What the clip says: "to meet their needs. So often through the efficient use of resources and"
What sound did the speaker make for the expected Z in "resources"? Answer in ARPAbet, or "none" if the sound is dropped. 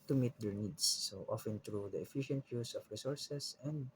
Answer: S